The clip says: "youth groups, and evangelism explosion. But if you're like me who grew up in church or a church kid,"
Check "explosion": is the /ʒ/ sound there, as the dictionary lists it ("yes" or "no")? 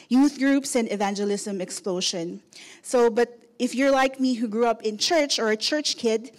no